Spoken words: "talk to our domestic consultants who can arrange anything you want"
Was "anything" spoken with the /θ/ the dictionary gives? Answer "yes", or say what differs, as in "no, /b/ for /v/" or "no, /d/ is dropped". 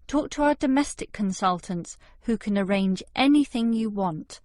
yes